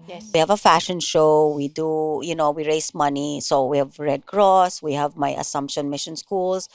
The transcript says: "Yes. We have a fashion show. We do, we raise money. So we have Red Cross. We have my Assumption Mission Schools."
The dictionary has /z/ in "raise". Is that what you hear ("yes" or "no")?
no